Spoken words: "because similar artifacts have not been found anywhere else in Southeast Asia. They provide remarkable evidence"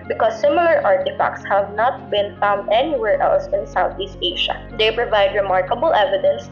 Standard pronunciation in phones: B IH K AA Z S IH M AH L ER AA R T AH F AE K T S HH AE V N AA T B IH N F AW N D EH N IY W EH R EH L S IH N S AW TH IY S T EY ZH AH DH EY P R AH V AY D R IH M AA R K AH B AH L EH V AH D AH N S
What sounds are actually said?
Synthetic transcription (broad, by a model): B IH K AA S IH M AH L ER AA R T AH F AE K T S HH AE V N AA T B IH N F AW N D EH N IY W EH R EH L S IH N S AW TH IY S T EY SH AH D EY P R AH V AY D R IH M AA R K AH B AH L EH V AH D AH N S